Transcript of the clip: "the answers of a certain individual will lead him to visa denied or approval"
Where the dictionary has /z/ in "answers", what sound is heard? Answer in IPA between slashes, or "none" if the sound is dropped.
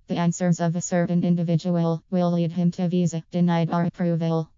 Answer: /z/